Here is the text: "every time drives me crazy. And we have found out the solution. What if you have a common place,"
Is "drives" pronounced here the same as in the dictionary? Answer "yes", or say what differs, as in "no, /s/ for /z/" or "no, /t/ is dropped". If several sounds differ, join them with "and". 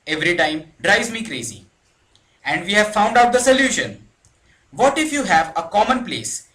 no, /v/ is dropped